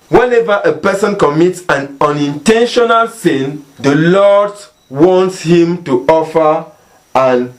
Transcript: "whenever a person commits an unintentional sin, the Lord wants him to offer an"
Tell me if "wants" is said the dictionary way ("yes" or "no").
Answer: yes